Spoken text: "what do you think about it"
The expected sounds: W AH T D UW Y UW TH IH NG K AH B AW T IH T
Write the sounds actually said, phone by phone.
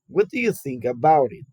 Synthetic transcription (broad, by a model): W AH T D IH Y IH TH IH NG K AH B AW T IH T